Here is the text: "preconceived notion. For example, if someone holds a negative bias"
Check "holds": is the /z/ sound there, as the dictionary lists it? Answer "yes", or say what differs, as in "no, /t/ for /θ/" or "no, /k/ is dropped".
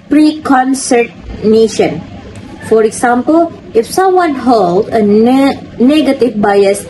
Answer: no, /z/ is dropped